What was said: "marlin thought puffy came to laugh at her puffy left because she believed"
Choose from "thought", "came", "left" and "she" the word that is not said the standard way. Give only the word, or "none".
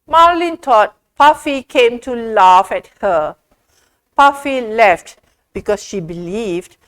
thought